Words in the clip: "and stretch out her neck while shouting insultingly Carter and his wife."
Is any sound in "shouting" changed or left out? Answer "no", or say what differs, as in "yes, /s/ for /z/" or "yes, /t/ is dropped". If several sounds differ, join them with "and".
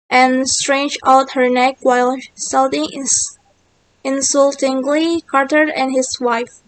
yes, /s/ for /ʃ/